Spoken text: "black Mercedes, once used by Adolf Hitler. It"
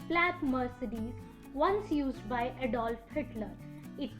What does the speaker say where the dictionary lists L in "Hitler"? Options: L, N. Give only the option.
L